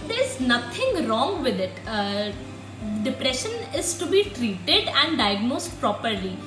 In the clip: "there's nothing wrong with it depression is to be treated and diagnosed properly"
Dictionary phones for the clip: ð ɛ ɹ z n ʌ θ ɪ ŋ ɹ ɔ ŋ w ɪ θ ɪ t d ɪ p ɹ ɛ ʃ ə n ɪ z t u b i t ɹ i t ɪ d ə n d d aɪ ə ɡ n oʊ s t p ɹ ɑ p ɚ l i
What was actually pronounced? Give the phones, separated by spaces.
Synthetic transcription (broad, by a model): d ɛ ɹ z n ʌ t ɪ ŋ ɹ ɔ ŋ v ɪ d ɪ t d ɪ p ɹ ɛ ʃ ə n ɪ z t u b i t ɹ i t ɪ d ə n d d aɪ ə ɡ n oʊ s t p ɹ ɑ p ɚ l i